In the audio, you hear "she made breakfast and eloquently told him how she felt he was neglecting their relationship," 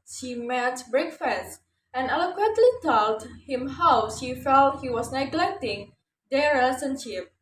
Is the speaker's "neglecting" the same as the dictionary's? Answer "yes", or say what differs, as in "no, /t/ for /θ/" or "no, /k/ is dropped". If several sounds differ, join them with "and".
yes